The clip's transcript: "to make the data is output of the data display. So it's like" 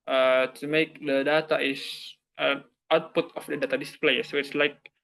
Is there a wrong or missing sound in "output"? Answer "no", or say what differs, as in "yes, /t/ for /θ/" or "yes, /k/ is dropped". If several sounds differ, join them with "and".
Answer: no